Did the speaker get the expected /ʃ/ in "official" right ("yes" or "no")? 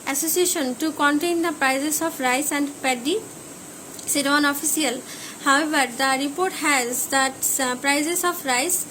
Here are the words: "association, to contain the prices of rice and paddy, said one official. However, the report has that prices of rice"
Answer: no